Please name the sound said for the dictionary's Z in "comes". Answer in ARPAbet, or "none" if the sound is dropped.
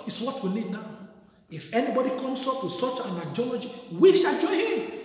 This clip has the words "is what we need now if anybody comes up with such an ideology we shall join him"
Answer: S